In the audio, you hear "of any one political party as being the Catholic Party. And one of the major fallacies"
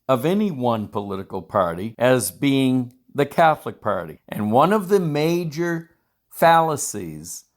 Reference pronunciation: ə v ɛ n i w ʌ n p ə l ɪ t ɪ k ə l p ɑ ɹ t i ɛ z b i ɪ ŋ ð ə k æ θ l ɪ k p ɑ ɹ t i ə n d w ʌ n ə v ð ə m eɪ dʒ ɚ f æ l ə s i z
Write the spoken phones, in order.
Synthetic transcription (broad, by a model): ə v ɛ n i w ʌ n p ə l ɪ t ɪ k l p ɑ ɹ t i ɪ z b i ɪ ŋ ð ə k æ θ l ɪ k p ɑ ɹ t i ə n w ʌ n ə v ð ə m eɪ dʒ ɚ f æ l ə s i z